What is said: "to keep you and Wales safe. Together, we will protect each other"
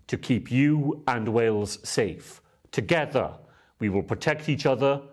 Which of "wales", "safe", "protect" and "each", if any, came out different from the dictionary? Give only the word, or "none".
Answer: none